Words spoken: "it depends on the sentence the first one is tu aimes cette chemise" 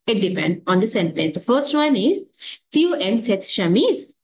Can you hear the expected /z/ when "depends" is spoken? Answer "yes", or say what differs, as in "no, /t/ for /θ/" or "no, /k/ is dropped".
no, /z/ is dropped